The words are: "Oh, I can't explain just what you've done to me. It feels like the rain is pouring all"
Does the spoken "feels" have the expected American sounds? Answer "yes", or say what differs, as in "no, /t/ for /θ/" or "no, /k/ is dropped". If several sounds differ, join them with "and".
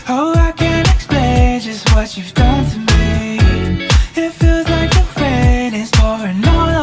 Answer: yes